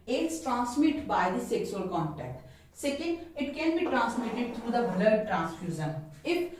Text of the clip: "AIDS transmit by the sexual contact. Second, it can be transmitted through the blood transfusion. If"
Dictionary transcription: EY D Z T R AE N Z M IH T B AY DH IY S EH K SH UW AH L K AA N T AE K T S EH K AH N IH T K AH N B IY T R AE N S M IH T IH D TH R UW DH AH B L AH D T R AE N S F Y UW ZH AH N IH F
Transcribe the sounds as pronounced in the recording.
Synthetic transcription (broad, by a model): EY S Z T R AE N S M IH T B AY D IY S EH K S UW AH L K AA N T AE K T S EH K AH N IH T K AH N B IY T R AE N S M IH T IH D T R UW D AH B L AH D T R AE N S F Y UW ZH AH N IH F